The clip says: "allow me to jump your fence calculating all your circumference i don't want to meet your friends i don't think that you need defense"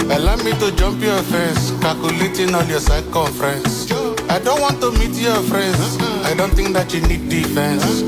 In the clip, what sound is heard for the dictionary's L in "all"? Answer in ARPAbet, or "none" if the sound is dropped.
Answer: N